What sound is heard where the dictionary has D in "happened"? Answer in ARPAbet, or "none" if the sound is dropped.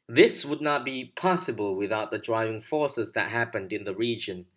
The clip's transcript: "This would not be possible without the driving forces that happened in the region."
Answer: D